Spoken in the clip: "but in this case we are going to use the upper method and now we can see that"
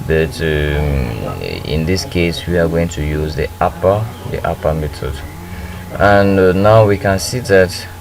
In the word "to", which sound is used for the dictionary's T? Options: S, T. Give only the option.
T